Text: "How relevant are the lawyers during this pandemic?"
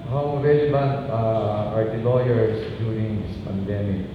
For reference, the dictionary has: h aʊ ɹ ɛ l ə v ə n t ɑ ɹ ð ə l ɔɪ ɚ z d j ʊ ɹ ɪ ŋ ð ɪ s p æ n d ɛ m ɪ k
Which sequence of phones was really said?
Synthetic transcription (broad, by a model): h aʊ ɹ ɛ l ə b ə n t ɑ ɹ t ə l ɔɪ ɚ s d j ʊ ɹ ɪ ŋ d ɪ s p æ n d ɛ m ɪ k